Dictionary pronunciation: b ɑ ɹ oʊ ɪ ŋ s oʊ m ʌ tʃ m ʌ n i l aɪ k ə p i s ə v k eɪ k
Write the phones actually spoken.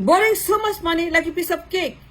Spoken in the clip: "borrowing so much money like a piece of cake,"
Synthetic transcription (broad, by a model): b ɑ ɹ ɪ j s oʊ m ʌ s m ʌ n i l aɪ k ə p i s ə b k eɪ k